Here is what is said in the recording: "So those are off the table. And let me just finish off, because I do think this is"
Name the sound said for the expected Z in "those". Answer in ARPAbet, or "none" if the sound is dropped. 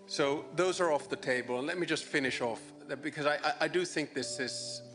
Z